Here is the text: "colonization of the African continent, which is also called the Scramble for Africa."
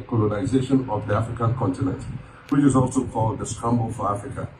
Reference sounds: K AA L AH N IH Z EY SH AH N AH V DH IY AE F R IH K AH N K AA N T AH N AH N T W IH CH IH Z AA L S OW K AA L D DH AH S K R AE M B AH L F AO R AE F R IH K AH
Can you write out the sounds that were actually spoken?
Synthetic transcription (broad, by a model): K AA L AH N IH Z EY SH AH N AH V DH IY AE F R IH K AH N K AA N T AH N AH N T W IH CH IH Z AA L S OW K AA L D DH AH S K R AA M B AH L F AO R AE F R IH K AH